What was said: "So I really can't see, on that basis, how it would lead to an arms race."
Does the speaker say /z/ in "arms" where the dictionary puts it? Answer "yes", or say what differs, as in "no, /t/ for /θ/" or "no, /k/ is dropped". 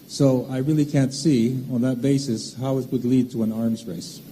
yes